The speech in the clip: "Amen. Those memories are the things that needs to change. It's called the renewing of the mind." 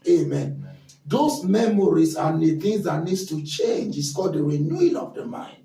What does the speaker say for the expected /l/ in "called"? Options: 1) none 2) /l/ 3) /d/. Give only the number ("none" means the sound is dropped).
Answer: 1